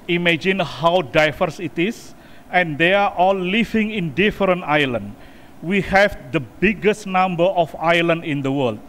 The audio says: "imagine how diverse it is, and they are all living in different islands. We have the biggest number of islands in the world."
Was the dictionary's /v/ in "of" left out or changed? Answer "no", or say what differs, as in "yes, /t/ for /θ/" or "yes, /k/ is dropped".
yes, /f/ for /v/